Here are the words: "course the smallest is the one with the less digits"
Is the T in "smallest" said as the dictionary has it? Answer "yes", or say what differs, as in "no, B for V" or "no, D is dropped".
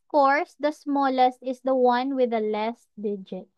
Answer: yes